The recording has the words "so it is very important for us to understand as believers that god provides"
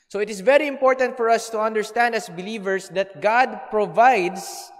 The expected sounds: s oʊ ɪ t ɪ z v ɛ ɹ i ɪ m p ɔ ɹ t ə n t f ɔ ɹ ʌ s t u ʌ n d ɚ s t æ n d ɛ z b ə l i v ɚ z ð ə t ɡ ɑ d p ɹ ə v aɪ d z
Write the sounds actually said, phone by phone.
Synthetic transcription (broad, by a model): s oʊ ɪ t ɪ s v ɛ ɹ i ɪ m p ɔ ɹ t ə n t f ɔ ɹ ʌ s t u ʌ n d ɚ s t æ n d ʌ s b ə l i v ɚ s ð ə t ɡ ɑ d p ɹ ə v aɪ d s